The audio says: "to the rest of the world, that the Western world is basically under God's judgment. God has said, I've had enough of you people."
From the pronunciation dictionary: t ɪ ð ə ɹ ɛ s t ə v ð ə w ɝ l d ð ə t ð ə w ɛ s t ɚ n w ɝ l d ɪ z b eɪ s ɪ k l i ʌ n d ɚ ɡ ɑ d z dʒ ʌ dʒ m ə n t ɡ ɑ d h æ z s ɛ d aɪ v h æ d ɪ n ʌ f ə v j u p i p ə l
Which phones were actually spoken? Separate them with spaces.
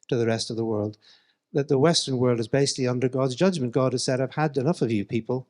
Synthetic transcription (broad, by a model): t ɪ ð ə ɹ ɛ s t ə v ð ə w ɝ l d ð ə t ð ə w ɛ s t ɚ n w ɝ l d ɪ z b eɪ s ɪ k l i ʌ n d ɚ ɡ ɑ d z dʒ ʌ dʒ m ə n ɡ ɑ d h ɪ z s ɛ d aɪ v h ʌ d ɪ n ʌ f ə v j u p i p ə l